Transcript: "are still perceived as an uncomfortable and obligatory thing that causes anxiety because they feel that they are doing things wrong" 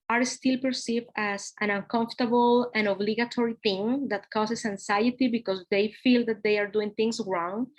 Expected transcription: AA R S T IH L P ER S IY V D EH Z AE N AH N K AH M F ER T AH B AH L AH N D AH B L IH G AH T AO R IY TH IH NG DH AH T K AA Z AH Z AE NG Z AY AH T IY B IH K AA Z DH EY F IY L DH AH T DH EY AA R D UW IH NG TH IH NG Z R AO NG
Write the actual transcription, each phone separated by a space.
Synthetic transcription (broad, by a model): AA R S T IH L P ER S IY V D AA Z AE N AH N K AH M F T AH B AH L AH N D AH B L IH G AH T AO R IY TH IH NG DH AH T K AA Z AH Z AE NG S AY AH T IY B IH K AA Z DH EY F IY L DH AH T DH EY AA R D UW IH NG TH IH NG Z R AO NG